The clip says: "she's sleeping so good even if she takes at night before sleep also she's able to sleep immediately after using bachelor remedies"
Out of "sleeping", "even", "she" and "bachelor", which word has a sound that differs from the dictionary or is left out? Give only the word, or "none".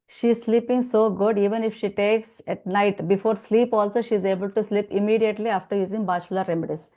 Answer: bachelor